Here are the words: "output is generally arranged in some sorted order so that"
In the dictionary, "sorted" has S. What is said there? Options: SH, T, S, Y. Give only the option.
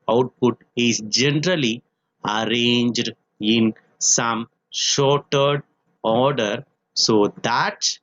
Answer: SH